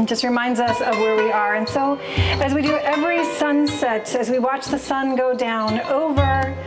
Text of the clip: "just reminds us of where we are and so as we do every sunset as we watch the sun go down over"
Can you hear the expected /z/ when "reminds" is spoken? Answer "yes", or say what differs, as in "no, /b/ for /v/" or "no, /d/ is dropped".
yes